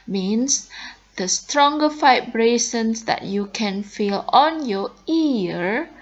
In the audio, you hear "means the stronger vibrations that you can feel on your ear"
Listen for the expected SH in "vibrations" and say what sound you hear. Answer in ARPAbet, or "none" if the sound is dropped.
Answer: S